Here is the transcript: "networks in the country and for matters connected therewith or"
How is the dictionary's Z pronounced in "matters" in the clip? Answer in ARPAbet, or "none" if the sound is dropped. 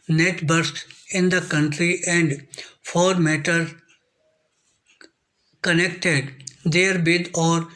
none